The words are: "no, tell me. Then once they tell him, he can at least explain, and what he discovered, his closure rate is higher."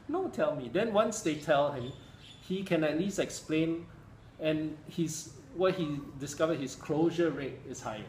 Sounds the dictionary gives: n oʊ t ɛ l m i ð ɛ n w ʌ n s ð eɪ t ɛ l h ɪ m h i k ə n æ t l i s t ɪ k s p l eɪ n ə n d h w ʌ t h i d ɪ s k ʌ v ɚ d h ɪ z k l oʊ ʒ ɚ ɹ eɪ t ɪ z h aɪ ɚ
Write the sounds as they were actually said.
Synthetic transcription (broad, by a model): n oʊ t ɛ l m i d ɛ n w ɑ n s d eɪ t ɛ l h ɪ m h i k ə n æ t l i s t ɪ k s p l eɪ n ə n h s w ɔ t h i d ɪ s k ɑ v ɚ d h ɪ s k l oʊ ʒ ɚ ɹ eɪ t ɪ s h aɪ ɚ